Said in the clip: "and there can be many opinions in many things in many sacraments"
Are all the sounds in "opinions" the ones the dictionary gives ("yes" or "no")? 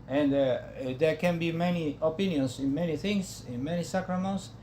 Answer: no